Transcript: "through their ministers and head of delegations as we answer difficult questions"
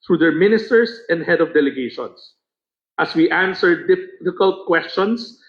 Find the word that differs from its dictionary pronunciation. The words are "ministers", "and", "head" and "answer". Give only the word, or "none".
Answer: ministers